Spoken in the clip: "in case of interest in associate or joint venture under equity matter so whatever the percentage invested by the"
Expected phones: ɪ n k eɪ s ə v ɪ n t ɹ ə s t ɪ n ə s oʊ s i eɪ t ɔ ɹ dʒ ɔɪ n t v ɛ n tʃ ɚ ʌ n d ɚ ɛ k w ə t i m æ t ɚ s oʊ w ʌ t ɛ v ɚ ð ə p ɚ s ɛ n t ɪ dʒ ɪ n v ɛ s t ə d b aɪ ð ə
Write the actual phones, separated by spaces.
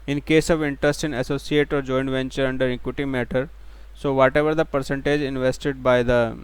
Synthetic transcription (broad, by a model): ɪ n k eɪ s ə v ɪ n t ɹ ə s t ɪ n ə s oʊ s i eɪ t ɔ ɹ dʒ ɔɪ n v ɛ n tʃ ɚ ʌ n d ɚ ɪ k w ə t i m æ t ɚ s oʊ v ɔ t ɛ v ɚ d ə p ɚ s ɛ n t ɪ dʒ ɪ n v ɛ s t ə d b aɪ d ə